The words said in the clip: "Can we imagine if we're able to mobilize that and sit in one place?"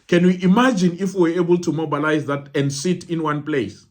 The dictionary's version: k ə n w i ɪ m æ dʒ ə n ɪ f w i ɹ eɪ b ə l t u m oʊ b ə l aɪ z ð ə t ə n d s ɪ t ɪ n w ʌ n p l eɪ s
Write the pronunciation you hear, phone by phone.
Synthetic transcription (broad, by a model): k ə n w i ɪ m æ dʒ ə n ɪ f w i w eɪ b ə l t u m oʊ b ə l aɪ z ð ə t ə n d s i t ɪ n w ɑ n p l eɪ s